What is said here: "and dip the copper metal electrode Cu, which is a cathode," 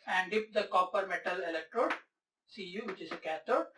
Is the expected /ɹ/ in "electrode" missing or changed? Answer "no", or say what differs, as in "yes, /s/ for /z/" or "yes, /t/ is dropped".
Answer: no